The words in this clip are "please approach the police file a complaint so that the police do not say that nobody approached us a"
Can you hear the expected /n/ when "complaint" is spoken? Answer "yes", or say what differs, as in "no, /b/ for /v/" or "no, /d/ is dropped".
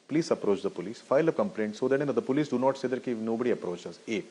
yes